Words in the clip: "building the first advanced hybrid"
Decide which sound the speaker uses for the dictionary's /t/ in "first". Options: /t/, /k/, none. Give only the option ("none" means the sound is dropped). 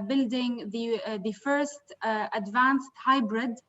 /t/